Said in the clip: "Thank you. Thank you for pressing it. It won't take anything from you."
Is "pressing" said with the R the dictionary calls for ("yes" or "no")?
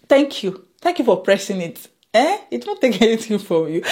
yes